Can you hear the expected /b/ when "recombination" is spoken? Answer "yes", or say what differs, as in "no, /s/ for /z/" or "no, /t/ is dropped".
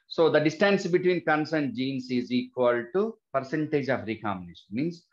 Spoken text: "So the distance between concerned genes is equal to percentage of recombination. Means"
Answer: no, /b/ is dropped